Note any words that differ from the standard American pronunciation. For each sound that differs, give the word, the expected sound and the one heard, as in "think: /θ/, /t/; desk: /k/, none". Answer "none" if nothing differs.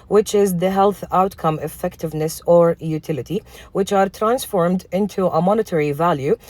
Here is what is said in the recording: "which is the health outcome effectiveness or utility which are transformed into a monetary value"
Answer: none